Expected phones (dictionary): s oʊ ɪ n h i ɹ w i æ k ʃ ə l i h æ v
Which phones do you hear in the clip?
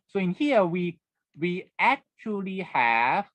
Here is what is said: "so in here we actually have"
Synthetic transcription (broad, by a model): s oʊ ɪ n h i w w i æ k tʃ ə l i h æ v